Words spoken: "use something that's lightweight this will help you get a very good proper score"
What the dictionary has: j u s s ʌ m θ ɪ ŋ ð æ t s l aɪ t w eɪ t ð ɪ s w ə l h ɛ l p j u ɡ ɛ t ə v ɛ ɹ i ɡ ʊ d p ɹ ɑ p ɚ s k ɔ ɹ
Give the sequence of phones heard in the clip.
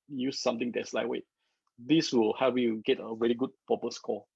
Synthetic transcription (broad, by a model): j u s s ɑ m t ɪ ŋ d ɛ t s l aɪ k w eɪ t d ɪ s w ə l h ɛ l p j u ɡ ɛ t ə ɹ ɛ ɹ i ɡ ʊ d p ɑ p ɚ s k ɔ